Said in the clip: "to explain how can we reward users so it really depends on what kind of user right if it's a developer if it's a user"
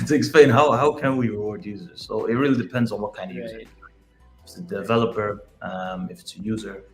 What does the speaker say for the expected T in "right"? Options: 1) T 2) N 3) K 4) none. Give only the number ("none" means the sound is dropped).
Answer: 4